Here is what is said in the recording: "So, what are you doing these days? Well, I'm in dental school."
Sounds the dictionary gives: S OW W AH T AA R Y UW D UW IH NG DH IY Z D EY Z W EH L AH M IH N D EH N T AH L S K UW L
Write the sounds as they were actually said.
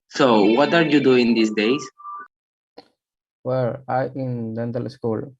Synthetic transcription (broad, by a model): S OW W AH T AA R Y UW D UW IH NG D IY S D EY S W EH L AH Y IH N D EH N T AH L S K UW L